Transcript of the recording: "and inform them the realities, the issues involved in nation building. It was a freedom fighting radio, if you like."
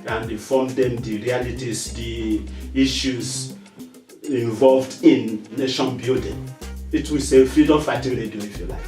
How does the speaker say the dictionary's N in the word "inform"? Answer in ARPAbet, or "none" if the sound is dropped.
none